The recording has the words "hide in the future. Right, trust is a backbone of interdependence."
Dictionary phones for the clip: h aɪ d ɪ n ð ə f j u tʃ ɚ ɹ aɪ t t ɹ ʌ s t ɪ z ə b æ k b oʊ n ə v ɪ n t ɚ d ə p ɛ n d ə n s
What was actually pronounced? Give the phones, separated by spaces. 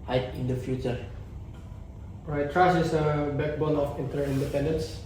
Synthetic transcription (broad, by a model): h aɪ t ɪ n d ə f j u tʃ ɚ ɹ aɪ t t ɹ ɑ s ɪ s ə b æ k b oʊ l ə f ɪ n t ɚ d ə p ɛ n d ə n s